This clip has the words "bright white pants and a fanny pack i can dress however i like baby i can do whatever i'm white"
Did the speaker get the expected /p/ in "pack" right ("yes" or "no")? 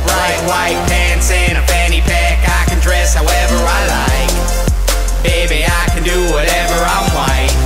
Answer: yes